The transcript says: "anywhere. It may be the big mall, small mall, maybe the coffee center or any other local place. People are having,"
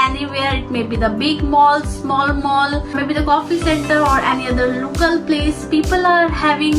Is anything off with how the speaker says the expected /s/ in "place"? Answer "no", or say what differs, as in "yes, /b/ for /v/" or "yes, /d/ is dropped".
no